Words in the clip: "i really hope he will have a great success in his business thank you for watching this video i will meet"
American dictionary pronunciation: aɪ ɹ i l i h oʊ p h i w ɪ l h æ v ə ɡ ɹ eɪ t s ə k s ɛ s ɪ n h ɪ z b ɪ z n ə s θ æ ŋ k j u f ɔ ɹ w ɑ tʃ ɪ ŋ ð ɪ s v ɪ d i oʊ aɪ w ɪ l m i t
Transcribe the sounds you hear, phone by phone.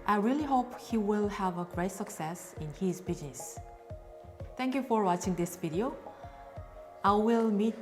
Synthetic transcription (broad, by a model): aɪ ɹ i l i h oʊ p h i w ɪ l h æ v ə ɡ ɹ eɪ t s ə k s ɛ s ɪ n h ɪ z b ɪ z n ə s t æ ŋ k j u f ɔ ɹ w ɑ tʃ ɪ ŋ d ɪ s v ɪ d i oʊ aɪ w ɪ l m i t